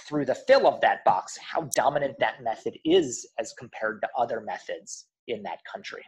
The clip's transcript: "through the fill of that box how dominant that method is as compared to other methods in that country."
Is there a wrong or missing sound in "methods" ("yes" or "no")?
no